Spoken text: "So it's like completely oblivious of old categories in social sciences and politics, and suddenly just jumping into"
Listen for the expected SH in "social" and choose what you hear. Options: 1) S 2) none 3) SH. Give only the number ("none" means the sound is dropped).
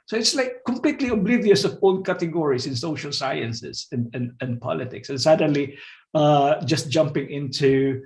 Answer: 3